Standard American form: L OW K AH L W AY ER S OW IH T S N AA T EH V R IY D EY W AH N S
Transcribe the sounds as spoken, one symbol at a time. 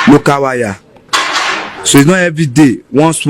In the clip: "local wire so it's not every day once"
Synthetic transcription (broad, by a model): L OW K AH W AY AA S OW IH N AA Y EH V IY D EY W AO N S